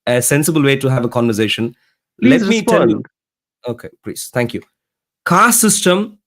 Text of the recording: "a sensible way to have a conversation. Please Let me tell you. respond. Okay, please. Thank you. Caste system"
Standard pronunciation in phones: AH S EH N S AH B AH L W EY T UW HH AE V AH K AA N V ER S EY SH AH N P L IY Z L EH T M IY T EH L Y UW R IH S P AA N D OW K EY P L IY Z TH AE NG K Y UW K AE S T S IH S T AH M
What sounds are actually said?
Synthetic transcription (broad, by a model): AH S EH N S AH B AH L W EY T UW HH AE V AH K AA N V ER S EY SH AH N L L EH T M IY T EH N Y UW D OW K EY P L IY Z T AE NG K Y UW K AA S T S IH S T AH M